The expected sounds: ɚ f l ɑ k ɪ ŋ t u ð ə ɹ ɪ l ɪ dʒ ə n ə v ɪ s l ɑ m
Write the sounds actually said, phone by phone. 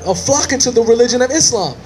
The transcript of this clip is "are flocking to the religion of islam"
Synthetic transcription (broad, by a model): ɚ f l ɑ k ɪ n t u ð ə ɹ ɪ l ɪ dʒ ə n ə v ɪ s l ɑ m